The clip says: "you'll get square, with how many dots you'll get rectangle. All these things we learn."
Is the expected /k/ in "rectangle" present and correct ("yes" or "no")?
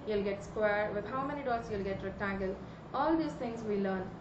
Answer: no